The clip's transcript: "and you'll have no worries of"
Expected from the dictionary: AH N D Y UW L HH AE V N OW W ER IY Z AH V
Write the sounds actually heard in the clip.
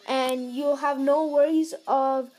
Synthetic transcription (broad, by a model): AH N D Y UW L HH AE V N OW W ER IY Z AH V